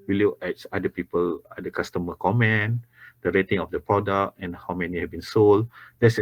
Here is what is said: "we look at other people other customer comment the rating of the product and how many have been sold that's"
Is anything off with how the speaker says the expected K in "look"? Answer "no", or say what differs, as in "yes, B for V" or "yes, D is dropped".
yes, K is dropped